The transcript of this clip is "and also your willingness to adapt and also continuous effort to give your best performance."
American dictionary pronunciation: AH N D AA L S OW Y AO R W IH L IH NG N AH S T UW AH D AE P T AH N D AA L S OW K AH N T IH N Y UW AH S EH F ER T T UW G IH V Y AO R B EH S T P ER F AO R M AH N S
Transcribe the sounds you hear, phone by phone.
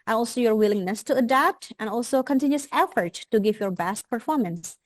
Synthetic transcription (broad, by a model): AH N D AA L S OW Y AO R W IH L IH NG N AH S T UW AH D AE P T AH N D AA L S OW K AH N T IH N Y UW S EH F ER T T UW G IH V Y AO R B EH S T P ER F AO R M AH N S